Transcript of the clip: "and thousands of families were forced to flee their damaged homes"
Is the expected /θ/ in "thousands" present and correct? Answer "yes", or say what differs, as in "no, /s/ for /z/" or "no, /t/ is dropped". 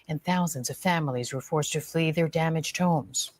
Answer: yes